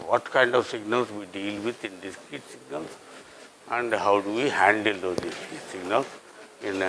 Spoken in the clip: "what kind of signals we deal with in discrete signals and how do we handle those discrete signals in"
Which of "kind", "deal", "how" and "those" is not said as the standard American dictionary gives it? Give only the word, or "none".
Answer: those